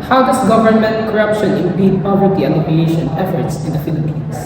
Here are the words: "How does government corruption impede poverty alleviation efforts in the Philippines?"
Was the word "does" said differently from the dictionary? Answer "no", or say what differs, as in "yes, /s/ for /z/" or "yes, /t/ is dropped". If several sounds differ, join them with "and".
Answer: yes, /s/ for /z/